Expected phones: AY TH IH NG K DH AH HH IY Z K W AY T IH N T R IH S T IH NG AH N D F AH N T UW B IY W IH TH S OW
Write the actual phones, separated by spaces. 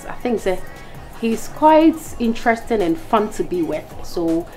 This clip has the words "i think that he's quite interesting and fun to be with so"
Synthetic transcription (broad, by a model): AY TH IH NG K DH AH HH IY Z K W AY T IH N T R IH S T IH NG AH N F AH N T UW B IY W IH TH S OW